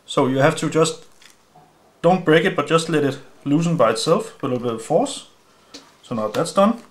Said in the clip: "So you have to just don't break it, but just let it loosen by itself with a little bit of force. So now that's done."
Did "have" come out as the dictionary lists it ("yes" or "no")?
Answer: no